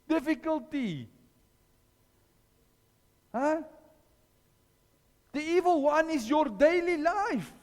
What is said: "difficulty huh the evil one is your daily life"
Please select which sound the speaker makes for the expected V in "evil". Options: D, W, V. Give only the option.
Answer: V